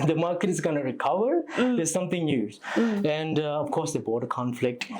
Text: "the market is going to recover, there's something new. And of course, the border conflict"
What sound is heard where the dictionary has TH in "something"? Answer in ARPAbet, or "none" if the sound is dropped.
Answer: T